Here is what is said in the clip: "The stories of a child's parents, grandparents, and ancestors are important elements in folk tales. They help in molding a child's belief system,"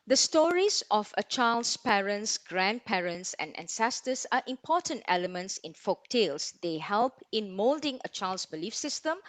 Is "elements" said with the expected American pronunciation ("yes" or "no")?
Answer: yes